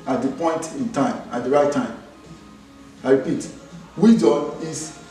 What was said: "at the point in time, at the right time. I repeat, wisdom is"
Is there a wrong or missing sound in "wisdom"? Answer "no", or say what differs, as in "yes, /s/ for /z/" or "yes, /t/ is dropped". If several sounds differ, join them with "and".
yes, /m/ is dropped